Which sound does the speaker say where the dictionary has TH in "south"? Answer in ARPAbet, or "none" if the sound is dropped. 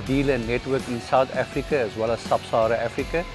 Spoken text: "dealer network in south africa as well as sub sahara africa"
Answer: T